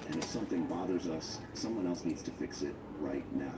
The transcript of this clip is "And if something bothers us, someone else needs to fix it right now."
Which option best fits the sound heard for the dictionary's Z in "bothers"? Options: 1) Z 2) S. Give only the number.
1